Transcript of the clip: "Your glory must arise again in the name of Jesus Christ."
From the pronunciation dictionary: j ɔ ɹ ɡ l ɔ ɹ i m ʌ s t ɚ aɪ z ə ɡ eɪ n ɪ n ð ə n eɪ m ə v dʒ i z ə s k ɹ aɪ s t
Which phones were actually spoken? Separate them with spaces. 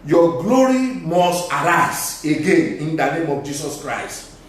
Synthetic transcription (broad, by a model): j ɔ ɡ l ɔ ɹ i m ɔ s t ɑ aɪ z ə ɡ eɪ n ɪ n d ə n eɪ m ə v dʒ i s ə s k ɹ aɪ s t